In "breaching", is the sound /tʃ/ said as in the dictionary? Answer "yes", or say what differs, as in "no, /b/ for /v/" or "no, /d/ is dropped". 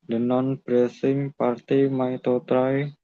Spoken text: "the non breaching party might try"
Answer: no, /s/ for /tʃ/